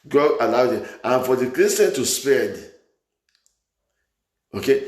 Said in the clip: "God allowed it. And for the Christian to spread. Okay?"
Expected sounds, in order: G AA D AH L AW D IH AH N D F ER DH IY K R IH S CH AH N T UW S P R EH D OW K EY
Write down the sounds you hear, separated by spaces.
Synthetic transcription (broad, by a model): G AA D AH L AW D IH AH N F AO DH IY K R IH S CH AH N T UW S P EH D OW K EY